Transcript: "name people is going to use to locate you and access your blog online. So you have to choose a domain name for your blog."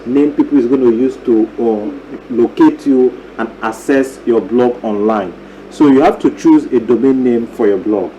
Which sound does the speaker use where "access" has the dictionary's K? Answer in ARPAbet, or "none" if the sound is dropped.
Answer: none